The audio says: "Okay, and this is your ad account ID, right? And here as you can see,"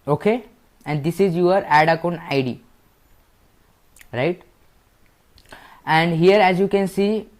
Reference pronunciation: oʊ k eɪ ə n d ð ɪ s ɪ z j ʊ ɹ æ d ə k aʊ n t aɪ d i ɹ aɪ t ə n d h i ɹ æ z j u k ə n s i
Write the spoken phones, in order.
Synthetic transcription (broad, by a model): oʊ k eɪ ə n d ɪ s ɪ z j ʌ ɹ æ d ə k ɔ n aɪ d i ɹ aɪ t ə n d h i ɹ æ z j u k ə n s i